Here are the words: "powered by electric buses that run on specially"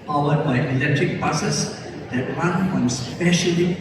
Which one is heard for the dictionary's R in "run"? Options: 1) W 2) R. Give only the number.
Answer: 1